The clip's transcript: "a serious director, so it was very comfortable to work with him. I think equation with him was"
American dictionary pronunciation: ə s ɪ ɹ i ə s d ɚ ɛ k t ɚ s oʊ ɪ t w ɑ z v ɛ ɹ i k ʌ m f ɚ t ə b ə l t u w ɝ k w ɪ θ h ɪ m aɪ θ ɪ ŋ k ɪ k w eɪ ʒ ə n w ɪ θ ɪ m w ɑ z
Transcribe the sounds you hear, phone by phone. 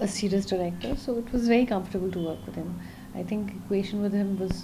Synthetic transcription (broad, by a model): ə s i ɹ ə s d ɚ ɛ k t ɚ s oʊ ɪ t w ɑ z v ɛ ɹ i k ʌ m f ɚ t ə b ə l t u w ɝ k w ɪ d h ɪ m aɪ t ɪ ŋ k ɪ k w eɪ ʃ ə n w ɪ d ɪ m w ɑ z